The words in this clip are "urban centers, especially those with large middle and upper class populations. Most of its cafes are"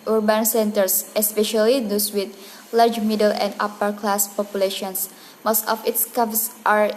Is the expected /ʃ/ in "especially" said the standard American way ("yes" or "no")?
yes